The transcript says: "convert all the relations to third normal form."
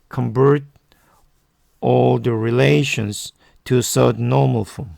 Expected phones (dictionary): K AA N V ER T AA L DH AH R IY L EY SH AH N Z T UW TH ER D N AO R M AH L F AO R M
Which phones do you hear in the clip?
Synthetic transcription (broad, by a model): K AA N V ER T AA L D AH R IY L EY SH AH N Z T UW S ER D N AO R M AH L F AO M